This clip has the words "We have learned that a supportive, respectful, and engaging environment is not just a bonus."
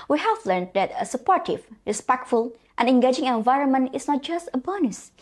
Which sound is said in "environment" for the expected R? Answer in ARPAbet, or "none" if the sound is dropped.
R